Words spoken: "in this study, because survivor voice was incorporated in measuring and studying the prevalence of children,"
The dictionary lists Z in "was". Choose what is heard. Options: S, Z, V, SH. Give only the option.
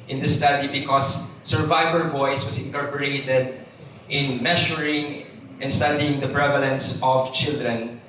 S